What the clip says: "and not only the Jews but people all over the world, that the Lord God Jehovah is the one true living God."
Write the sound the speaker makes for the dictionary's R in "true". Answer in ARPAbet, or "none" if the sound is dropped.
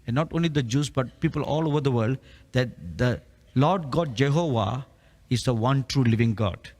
R